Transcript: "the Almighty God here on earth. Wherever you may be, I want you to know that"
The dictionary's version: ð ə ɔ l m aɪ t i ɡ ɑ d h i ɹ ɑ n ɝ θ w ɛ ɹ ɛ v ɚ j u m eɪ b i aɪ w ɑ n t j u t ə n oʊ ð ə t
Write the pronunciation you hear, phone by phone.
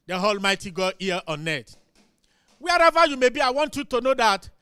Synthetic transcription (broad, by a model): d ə ɔ l m aɪ t i ɡ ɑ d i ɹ ɑ n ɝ t w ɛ ɹ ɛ v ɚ j u m eɪ b i aɪ w ɑ n t j u t ə n oʊ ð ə t